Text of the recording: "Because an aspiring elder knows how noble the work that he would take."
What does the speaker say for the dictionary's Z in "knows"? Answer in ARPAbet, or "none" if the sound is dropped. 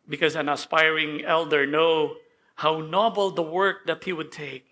none